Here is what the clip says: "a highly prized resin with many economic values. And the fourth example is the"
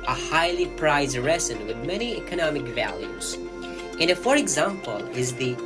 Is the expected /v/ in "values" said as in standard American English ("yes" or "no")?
yes